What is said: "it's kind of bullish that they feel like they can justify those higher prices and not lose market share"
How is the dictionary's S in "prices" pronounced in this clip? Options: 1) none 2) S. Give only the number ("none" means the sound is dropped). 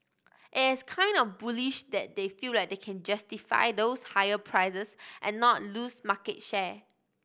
1